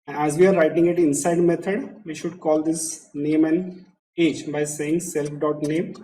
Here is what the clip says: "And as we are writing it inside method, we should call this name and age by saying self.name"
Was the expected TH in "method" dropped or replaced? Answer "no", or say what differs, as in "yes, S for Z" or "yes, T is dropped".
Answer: yes, T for TH